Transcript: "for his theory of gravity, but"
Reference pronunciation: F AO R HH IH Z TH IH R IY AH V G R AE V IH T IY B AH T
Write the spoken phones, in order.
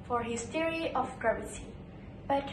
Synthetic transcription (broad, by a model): F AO R HH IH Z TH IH R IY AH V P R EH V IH S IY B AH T